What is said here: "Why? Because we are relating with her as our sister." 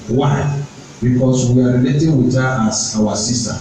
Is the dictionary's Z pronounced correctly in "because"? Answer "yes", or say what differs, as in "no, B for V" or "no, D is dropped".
no, S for Z